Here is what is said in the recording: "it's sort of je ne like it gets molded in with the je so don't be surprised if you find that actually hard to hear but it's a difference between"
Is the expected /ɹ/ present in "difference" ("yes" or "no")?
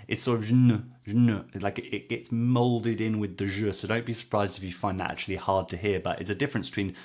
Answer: yes